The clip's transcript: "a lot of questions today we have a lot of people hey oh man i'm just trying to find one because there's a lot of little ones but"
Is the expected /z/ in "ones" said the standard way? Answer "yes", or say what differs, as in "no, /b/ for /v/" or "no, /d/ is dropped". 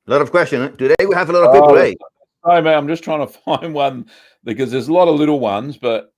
yes